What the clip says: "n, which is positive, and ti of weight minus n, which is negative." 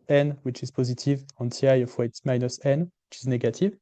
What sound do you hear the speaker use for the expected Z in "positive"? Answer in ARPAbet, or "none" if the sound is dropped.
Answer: Z